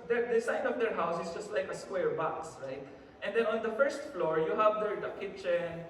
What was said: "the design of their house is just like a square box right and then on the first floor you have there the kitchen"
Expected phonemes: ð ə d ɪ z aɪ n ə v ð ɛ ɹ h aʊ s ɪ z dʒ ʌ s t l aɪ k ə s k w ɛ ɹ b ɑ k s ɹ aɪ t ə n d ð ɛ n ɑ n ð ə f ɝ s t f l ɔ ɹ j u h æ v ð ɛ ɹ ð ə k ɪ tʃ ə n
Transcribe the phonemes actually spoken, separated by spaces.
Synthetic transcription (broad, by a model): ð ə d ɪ s aɪ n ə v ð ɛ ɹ h aʊ s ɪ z dʒ ʌ s t l aɪ k ə s k w ɛ ɹ b ɑ k s ɹ aɪ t ə n d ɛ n ɑ n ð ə f ɝ s t f l ɔ ɹ j u h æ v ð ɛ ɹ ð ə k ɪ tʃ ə n